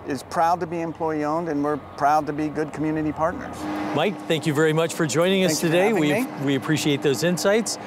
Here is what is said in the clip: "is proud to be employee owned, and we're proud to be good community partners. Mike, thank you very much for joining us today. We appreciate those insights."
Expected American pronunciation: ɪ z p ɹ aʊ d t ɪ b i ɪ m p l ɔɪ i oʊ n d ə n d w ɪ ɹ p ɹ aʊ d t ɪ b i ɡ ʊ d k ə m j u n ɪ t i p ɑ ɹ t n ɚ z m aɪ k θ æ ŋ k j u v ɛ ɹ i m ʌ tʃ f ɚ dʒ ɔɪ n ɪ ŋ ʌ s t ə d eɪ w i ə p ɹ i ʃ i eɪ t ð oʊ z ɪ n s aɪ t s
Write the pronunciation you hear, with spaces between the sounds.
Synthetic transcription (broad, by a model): ɪ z p ɹ aʊ d t ɪ b i ɪ m p l ɔɪ i oʊ n d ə n w ɪ ɹ p ɹ aʊ d t ɪ b i ɡ ʊ d k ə m j u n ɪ t i p ɑ ɹ t n ɚ z m aɪ k θ æ ŋ k j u v ɛ ɹ i m ʌ tʃ f ɚ dʒ ɔɪ n ɪ ŋ ʌ s t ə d eɪ w i ə p ɹ i ʃ i eɪ t ð oʊ z ɪ n s aɪ t s